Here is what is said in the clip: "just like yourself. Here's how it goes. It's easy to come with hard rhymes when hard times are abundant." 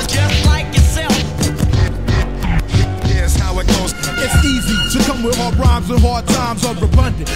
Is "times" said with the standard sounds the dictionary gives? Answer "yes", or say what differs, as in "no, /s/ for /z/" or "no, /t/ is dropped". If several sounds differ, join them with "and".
yes